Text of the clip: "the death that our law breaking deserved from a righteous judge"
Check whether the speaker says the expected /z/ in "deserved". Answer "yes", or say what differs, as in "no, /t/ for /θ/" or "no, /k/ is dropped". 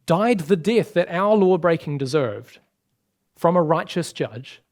yes